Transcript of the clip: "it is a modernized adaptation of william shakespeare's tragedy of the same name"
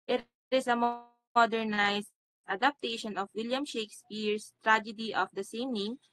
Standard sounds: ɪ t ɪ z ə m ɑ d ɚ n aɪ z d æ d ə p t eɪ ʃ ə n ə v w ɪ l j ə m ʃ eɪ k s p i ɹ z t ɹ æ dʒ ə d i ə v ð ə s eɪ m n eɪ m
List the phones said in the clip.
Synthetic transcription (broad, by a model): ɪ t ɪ s ə m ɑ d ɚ n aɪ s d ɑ d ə p t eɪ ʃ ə n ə f w ɪ l j ə m ʃ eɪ k s p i ɹ s t ɹ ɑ dʒ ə d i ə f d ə s eɪ m n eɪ m